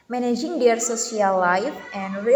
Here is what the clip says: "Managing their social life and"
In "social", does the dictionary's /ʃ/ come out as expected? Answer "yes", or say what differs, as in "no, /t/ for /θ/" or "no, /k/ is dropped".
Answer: no, /s/ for /ʃ/